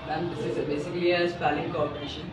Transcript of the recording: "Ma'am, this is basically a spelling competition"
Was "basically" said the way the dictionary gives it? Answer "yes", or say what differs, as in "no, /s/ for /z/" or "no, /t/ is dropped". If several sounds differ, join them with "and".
no, /k/ is dropped